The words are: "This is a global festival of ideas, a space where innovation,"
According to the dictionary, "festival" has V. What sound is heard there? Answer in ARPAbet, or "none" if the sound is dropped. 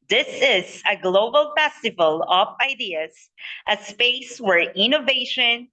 V